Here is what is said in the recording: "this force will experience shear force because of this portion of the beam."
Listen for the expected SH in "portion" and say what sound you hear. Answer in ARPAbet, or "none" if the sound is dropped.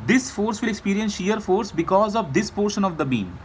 SH